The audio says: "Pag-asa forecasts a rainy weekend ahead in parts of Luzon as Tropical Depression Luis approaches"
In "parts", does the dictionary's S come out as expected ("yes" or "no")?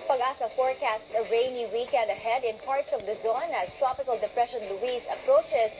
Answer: yes